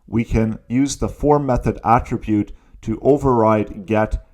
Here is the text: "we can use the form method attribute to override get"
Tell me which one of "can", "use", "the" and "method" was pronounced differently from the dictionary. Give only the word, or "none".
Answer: none